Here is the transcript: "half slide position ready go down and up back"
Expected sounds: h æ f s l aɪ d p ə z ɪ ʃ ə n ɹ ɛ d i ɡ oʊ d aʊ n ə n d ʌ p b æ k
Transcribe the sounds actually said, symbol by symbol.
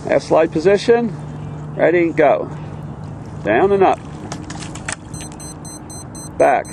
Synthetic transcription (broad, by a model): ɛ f s l aɪ d p ə z ɪ ʃ ə n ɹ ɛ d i ɡ oʊ d aʊ n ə n ʌ p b æ k